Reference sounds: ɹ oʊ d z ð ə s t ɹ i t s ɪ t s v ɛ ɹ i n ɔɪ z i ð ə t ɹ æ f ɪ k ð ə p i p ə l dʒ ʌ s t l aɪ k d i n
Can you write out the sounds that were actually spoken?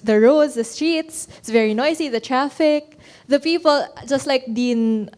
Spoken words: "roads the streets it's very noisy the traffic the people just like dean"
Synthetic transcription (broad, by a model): ɹ oʊ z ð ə s t ɹ i t s ɪ t s v ɛ ɹ i n ɔɪ s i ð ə t ɹ æ f ɪ k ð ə p i p ə l dʒ ʌ s t l aɪ k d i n